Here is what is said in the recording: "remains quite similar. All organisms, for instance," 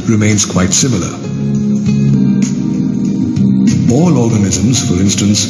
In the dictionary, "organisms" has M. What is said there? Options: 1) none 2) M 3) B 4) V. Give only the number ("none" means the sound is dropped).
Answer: 2